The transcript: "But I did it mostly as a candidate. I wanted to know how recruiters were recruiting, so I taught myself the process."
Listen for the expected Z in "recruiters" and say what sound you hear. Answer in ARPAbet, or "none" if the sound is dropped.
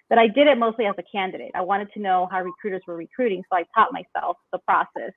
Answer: Z